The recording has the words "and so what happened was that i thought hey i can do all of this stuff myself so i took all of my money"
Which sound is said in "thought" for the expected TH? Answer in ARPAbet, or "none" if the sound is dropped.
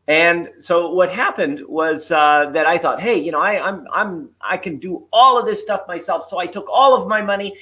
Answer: TH